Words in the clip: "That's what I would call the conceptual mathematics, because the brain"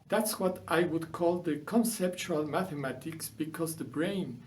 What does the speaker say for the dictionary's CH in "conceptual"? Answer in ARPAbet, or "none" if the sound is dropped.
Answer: CH